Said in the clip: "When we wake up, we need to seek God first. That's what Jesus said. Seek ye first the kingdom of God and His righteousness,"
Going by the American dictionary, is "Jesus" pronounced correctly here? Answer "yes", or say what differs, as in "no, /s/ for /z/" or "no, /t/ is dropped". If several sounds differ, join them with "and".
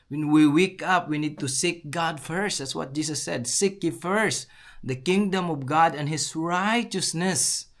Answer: no, /s/ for /z/